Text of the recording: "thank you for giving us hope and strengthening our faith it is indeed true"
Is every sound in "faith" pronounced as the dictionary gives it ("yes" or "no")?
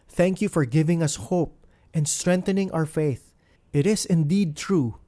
yes